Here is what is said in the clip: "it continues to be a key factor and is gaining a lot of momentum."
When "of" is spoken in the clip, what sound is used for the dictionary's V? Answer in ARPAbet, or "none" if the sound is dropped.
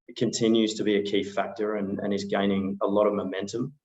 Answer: V